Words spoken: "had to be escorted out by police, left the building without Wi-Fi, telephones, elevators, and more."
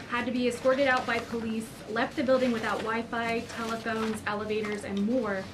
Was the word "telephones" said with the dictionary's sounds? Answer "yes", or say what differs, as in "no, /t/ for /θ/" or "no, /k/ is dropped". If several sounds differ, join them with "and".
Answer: yes